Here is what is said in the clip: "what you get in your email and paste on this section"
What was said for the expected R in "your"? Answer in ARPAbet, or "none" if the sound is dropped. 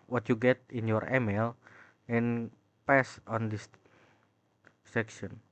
R